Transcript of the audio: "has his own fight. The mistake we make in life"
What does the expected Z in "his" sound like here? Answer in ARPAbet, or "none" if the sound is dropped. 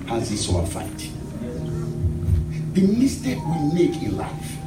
S